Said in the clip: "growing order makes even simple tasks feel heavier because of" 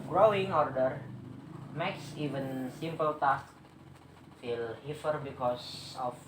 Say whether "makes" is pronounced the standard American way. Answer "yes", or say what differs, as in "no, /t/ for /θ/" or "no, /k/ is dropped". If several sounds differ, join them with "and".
yes